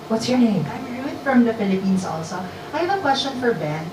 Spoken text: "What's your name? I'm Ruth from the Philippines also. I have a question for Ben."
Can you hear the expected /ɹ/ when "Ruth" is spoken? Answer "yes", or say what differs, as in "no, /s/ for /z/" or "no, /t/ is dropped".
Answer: no, /w/ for /ɹ/